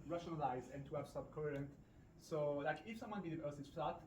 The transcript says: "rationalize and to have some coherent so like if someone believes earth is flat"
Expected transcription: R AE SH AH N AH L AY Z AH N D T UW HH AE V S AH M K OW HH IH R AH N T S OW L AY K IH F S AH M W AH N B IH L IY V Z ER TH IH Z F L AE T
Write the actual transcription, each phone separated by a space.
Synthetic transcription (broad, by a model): R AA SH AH N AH L AY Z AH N T UW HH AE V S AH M K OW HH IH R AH N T S OW L AY K IH F S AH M W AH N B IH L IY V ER S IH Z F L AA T